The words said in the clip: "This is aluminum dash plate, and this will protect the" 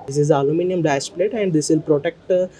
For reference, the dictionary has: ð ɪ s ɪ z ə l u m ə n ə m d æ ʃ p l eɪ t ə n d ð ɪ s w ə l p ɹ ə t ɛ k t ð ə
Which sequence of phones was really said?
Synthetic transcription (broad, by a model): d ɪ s ɪ z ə l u m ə n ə m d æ s p l eɪ t ə n d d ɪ s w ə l p ɹ ə t ɛ k t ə